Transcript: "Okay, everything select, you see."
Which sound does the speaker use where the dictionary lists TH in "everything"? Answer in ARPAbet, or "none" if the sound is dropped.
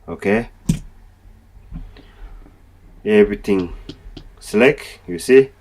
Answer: T